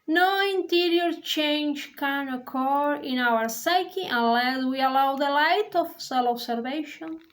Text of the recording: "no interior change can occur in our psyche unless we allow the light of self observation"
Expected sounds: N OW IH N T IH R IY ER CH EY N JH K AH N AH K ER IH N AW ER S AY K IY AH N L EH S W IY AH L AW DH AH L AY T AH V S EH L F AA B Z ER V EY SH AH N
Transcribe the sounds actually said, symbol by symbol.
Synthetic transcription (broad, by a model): N OW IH N T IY R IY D CH EY N JH K AH N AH K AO IH N AW ER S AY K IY AH N L EH S W IY AH L AW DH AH L AY T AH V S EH L AA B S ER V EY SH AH N